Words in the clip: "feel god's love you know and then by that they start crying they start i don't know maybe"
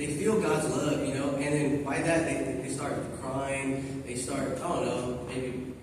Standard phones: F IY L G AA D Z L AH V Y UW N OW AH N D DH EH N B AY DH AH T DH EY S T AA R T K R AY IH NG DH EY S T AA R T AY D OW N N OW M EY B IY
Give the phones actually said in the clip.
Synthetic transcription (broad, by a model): F IY L G AA D Z L AH V Y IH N OW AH N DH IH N B AY DH AH T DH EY S T AA R T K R AY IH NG DH EY S T AA R T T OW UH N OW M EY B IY